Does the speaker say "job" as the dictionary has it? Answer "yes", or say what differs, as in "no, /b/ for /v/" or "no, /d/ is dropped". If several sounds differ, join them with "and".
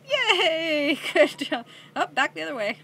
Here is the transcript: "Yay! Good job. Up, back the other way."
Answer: no, /b/ is dropped